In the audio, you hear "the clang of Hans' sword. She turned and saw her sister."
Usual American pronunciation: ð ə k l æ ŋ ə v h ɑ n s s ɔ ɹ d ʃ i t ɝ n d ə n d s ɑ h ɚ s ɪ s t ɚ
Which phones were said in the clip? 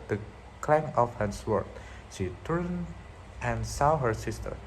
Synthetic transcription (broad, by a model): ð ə k l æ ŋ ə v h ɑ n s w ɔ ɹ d ʃ i t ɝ n ə n s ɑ h ɚ s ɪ s t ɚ